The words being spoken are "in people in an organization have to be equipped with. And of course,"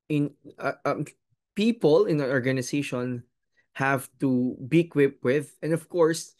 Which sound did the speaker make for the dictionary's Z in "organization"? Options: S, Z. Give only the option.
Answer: S